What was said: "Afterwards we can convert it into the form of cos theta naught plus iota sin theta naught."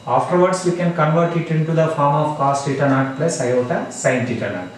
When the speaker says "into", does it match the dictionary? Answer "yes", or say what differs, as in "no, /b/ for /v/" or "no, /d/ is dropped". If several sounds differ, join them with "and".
yes